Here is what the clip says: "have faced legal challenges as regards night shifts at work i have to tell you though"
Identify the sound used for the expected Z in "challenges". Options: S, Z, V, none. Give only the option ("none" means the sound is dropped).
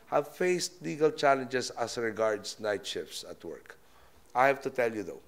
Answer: S